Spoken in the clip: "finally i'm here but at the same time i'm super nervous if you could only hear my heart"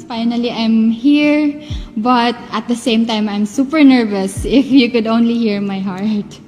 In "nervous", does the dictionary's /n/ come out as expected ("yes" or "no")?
yes